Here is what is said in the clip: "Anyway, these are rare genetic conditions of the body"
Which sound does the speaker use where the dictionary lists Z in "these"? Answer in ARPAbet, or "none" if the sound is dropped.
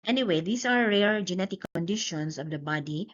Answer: S